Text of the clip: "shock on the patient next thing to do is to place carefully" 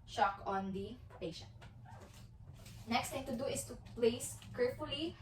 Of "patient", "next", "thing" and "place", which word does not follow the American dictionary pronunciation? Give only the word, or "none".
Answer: thing